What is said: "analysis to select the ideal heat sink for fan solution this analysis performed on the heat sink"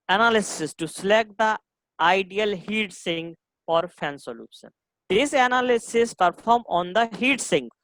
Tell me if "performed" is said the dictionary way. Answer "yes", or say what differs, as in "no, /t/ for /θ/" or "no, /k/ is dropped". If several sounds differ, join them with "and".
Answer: no, /d/ is dropped